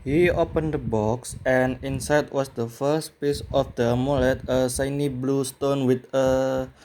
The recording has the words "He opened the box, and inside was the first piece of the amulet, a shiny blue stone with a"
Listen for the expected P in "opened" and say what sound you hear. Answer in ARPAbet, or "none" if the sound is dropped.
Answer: P